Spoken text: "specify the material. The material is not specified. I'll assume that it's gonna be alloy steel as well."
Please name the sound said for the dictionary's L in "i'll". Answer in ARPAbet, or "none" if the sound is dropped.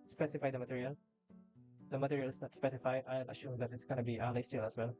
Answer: N